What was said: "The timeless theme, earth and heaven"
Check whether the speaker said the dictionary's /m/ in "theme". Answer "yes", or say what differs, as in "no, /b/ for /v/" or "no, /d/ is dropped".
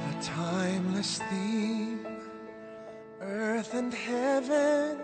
no, /m/ is dropped